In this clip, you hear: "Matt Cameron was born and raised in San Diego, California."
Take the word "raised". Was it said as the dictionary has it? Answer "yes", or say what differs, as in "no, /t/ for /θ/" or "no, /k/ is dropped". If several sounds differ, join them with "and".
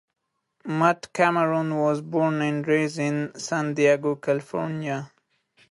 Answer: no, /d/ is dropped